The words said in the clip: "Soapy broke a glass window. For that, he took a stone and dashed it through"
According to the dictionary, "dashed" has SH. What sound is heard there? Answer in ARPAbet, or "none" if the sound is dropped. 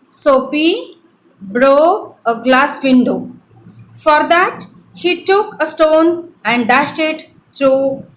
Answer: SH